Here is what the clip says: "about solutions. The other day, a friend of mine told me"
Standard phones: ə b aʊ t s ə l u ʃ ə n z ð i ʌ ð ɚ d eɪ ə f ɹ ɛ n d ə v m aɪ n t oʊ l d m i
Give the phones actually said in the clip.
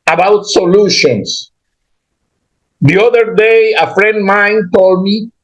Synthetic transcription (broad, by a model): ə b aʊ t s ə l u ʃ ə n s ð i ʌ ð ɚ d eɪ ə f ɹ ɛ n d m aɪ n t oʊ l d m i